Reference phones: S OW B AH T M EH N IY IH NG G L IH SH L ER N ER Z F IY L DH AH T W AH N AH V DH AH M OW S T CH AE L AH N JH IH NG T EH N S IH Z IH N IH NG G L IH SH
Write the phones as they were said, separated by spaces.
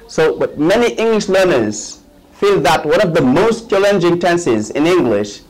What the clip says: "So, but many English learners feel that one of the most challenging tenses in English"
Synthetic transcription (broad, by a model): S OW B AH T M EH N IY IH NG G L IH SH L ER N ER Z F IY L DH AH T W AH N AH V DH AH M OW S T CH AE L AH N JH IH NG T EH N S IH Z IH N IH NG G L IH SH